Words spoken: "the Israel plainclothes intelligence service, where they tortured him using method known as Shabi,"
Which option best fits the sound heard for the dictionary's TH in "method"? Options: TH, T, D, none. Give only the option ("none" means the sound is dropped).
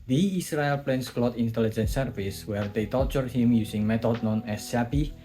T